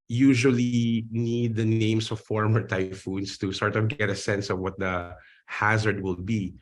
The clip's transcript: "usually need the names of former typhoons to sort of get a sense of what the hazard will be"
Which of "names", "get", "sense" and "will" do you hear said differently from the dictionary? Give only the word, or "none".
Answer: names